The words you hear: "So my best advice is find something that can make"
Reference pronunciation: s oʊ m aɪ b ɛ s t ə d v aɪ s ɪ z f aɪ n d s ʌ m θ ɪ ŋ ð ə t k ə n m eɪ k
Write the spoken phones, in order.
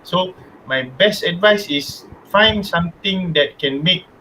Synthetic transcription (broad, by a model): s oʊ m aɪ b ɛ s t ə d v aɪ s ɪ s f aɪ n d s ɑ m t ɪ ŋ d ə t k ə n m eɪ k